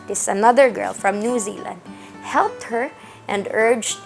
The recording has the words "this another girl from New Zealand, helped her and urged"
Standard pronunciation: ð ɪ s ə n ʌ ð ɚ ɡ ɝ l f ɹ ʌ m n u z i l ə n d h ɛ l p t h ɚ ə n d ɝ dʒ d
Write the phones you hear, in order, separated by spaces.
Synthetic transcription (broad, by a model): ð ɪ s ə n ʌ ð ɚ ɡ ɝ l f ɹ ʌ m n u z i l ə n d h ɛ l p t h ɚ ə n d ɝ dʒ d